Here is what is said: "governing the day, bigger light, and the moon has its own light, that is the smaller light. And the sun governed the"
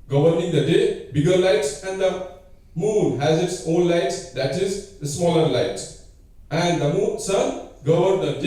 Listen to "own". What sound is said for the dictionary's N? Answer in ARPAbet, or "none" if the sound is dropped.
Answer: L